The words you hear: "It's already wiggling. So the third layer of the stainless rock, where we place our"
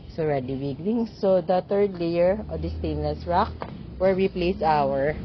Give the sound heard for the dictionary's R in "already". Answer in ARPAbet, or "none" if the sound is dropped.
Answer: R